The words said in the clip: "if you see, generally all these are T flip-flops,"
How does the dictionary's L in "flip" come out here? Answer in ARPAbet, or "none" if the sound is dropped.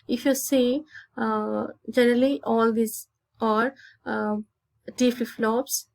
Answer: none